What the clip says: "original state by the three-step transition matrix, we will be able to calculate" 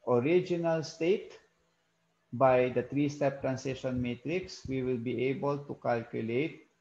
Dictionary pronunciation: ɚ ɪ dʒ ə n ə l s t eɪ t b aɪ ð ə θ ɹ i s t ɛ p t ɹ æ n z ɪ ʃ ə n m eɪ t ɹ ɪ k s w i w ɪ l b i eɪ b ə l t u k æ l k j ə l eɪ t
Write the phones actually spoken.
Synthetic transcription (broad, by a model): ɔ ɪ dʒ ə n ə l s t eɪ t b aɪ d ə t ɹ i s t ɛ p t ɹ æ n s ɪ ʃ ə n m eɪ t ɹ ɪ k s w i w ɪ l b i eɪ b ə l t u k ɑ l k j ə l eɪ t